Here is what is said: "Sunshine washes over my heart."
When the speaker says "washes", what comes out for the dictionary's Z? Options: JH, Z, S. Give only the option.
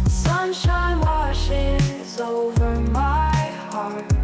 Z